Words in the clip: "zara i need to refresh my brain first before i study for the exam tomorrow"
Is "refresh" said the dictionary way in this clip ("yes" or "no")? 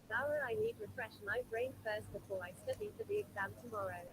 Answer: yes